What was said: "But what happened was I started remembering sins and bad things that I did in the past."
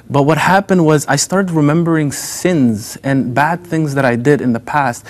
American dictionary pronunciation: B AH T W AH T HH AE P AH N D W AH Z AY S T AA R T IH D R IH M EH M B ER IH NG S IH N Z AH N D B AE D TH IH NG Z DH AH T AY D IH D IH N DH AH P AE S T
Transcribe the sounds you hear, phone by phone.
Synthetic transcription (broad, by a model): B AH T W AH T HH AE P AH N D W AH Z AY S T AA R T IH D R IH M EH M B ER IH NG S IH N Z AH N B AE D TH IH NG Z DH AH T AY D IH D IH N DH AH P AE S T